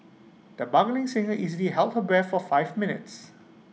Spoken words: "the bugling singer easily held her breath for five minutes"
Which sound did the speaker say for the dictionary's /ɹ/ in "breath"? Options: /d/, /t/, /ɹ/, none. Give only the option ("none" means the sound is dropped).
none